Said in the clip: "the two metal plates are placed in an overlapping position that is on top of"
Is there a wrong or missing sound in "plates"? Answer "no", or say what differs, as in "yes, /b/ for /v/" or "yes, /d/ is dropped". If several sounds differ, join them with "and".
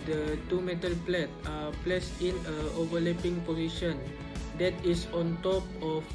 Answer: yes, /s/ is dropped